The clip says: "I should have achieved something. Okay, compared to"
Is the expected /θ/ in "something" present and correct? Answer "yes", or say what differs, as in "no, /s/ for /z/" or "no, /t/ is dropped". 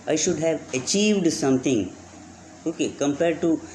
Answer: no, /t/ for /θ/